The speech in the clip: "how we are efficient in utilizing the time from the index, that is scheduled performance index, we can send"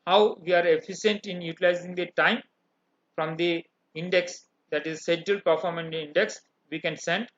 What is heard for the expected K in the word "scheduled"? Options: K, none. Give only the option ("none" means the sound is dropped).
none